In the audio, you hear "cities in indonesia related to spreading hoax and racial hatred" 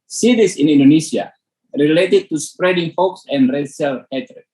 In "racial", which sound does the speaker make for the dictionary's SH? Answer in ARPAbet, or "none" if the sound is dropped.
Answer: S